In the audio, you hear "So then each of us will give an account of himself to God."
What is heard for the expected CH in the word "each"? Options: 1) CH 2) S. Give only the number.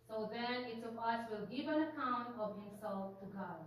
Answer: 2